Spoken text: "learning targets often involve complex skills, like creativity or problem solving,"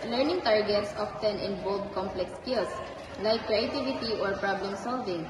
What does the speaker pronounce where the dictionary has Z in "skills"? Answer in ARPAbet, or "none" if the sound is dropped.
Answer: S